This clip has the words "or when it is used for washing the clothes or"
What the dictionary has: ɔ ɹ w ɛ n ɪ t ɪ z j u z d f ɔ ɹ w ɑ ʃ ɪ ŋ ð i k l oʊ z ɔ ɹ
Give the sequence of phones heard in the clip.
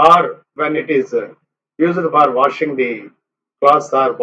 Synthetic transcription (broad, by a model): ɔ ɹ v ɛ n ɪ t ɪ z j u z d f ɔ ɹ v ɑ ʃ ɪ ŋ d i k oʊ s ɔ ɹ